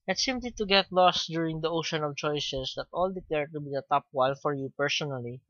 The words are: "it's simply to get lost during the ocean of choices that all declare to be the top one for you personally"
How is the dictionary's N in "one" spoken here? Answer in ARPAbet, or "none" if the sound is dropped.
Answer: L